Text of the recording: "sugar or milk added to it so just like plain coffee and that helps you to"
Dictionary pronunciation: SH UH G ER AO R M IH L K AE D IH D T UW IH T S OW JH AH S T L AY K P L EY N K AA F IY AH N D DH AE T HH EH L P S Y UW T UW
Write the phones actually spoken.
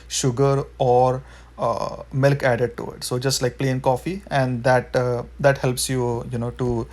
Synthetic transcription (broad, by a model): SH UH G ER AO R M IH L K AE D IH D T UW IH T S OW JH AH S T L AY K P L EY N K AA F IY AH N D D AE T HH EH L P S Y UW T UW